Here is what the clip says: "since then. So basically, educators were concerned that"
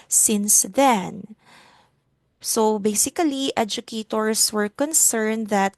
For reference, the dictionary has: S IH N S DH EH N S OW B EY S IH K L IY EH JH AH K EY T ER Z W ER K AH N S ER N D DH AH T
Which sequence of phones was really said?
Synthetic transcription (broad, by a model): S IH N S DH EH N S OW B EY S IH K L IY EH JH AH K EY T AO S W ER K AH N S ER N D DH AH T